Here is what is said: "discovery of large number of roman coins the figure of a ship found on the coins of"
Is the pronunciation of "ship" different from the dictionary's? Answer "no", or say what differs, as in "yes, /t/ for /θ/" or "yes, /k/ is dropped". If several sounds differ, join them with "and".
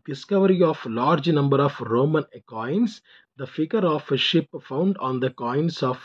no